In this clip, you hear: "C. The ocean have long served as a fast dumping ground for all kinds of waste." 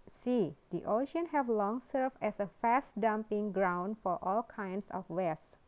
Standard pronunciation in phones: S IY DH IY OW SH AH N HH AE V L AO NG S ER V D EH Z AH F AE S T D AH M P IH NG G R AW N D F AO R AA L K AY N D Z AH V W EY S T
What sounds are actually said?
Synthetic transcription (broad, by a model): S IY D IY OW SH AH N HH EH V L AO NG S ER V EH S AH F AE S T D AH M P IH NG G R AW N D F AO R AA L K AY N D S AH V W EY S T